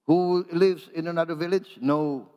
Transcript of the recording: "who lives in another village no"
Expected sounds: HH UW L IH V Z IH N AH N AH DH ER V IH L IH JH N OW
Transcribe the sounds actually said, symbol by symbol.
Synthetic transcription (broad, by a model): HH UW L IH V Z IH N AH N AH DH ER V IH L IH JH N OW